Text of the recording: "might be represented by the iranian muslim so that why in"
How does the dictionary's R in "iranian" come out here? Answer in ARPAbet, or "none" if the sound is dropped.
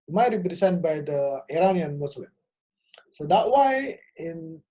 R